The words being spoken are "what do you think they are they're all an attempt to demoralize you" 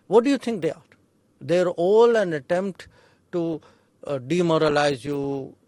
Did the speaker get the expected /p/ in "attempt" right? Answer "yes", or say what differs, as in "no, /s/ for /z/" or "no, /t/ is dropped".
yes